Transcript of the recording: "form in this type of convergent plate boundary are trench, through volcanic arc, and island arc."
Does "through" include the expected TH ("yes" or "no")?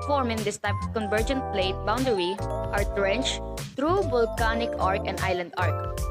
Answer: no